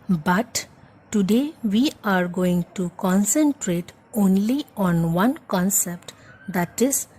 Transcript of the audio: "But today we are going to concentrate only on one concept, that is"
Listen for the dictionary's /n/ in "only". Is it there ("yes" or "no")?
yes